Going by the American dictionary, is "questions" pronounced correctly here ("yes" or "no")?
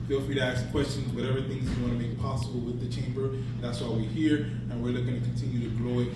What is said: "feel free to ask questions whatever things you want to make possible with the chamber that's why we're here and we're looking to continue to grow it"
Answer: yes